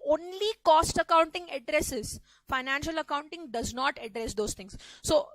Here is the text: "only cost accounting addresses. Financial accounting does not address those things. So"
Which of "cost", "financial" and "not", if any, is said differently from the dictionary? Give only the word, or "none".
none